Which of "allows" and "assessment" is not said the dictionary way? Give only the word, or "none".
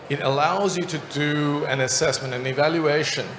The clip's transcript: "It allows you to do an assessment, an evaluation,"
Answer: none